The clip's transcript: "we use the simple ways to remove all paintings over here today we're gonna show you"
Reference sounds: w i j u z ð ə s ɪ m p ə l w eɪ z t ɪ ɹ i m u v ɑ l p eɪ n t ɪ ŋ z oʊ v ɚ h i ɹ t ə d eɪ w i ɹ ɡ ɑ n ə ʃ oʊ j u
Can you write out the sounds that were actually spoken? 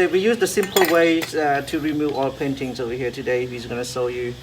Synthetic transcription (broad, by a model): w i j u z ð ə s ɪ m p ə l w eɪ t ɪ ɹ i m u v ɑ l p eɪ n t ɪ ŋ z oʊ w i h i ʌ t ə d eɪ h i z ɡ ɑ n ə s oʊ j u